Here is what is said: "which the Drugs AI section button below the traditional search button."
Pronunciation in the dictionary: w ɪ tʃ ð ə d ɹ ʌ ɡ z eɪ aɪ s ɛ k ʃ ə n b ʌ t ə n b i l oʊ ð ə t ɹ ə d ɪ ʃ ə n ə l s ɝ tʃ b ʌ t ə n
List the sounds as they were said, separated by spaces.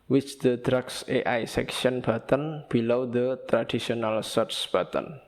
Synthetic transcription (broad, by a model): w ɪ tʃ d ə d ɹ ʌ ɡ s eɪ aɪ s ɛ k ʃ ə n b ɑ t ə n b i l oʊ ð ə t ɹ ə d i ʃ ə n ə l s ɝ s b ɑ t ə n